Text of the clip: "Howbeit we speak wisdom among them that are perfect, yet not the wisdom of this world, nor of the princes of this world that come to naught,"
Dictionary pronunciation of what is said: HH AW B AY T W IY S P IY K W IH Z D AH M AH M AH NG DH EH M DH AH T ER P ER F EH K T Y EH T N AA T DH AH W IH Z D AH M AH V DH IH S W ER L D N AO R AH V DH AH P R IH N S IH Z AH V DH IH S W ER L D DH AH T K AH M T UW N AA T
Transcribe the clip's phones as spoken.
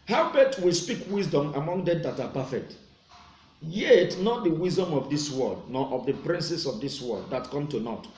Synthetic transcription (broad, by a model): HH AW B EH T W IY S P IY K W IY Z D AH M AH M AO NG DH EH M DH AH T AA P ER F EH K T Y EH T N AA T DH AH W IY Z D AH M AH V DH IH S W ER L D N AO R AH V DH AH P R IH N S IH S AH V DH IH S W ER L D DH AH T K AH M T UW N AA T